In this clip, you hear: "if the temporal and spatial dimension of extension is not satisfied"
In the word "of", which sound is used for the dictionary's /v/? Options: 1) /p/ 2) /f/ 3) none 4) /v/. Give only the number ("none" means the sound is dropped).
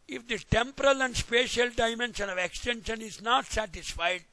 4